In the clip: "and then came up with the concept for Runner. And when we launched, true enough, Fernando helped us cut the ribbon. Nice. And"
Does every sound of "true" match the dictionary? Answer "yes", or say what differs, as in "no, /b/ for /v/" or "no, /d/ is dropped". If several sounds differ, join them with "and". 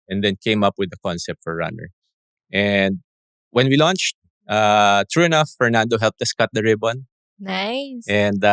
yes